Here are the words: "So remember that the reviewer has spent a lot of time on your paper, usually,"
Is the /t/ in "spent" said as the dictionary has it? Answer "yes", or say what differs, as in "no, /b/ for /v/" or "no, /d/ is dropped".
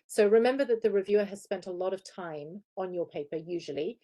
yes